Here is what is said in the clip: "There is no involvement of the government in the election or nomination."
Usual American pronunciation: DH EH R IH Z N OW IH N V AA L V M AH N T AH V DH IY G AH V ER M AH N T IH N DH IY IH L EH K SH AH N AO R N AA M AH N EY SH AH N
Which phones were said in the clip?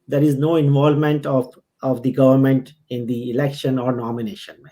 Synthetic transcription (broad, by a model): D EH R IH Z N OW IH N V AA L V M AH N T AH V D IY G AH V ER M AH N T IH N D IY IH L EH K SH AH N AO R N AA M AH N EY SH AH N